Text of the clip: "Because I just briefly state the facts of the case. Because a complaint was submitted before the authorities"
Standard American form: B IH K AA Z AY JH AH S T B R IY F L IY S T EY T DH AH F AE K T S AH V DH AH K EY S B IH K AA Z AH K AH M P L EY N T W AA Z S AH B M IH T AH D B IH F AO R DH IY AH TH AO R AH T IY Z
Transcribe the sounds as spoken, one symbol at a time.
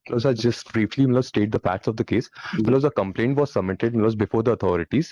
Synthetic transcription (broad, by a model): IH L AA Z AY JH AH S T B R IY F L IY S T EY T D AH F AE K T S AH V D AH K EY S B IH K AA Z AH K AH M P L EY N T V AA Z S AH M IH T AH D B IH F AO R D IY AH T AO R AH T IY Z